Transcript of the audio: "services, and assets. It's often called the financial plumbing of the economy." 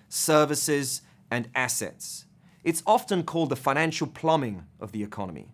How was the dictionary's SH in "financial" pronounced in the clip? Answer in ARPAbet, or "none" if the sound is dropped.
SH